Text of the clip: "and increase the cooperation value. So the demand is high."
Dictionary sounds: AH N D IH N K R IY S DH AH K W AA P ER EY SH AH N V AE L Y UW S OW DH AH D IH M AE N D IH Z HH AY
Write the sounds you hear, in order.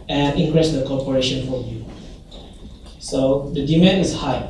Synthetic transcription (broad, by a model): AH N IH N K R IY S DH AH K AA P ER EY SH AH N F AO Y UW S OW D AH D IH M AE N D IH S HH AY